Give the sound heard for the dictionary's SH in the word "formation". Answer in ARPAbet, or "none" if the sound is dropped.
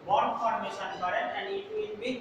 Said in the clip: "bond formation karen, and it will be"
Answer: S